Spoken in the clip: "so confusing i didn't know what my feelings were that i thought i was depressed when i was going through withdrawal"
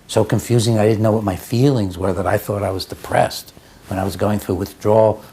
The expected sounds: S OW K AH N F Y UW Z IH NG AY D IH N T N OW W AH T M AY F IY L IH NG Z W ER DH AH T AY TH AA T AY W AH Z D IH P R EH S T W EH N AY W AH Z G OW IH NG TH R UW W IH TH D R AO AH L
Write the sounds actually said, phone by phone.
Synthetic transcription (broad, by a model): S OW K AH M F Y UW Z IH NG AY D IH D N OW W AH T M AY F IY L IH NG Z W ER DH AH T AY TH AA T AY W AH Z D IH P R EH S T W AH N AY W AH Z G OW IH NG TH R UW W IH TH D R AO